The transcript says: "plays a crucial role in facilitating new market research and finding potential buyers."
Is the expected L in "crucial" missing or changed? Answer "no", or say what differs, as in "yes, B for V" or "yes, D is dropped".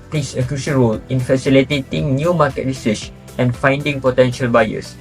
yes, N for L